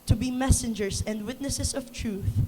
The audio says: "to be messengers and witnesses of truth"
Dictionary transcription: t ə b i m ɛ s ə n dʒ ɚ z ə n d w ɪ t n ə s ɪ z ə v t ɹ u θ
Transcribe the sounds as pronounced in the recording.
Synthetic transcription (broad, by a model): t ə b i m ɛ s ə n dʒ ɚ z ə n d w ɪ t n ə s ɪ s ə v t ɹ u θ